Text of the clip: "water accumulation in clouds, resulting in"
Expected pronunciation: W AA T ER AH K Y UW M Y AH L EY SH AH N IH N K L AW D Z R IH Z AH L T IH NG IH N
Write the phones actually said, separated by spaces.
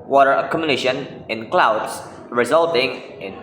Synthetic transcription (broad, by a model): W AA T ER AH K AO M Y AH N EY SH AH N IH N K L AW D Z R IH Z AH L T IH NG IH N